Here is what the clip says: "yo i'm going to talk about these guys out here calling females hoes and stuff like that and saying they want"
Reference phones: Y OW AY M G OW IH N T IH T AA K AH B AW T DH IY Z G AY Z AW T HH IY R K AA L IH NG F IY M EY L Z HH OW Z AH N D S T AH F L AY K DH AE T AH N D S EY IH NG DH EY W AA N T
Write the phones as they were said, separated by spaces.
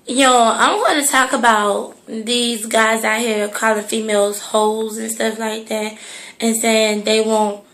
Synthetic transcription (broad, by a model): Y OW AY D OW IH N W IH T AA K AH B AW T DH IY Z G AY Z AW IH HH IY R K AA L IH F IY M EY L Z HH OW Z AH N S T AH F L AY K DH AE T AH N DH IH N DH EY W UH N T